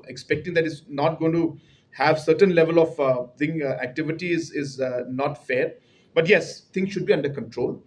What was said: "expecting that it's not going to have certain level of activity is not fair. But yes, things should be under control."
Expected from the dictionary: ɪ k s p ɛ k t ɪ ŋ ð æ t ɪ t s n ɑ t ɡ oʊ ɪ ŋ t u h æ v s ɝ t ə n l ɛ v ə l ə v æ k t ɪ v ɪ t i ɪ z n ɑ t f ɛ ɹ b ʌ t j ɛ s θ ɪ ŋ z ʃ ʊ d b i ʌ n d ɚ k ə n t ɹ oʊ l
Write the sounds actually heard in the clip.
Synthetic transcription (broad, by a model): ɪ k s p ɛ k t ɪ ŋ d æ t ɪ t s n ɑ t ɡ oʊ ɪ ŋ t u h æ v s ɝ t ə n l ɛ v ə l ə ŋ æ k t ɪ v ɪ t i ɪ z n ɑ t f ɛ ɹ b ʌ t j ɛ s t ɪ ŋ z ʃ ʊ d b i ʌ n d ɚ k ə n t ɹ oʊ l